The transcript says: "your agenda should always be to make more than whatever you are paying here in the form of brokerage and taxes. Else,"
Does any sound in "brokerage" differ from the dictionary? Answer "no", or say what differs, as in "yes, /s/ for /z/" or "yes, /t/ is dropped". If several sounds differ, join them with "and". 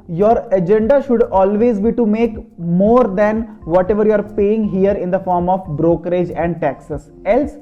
no